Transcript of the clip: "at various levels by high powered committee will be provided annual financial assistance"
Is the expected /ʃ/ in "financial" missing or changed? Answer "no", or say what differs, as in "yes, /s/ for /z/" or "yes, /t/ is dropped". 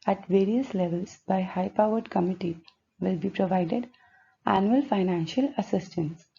no